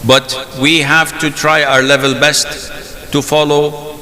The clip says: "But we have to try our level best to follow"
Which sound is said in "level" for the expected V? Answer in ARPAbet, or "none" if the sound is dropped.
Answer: V